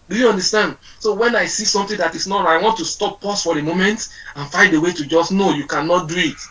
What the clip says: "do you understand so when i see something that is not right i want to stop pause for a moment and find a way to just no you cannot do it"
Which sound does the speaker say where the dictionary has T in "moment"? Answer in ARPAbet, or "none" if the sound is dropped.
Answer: T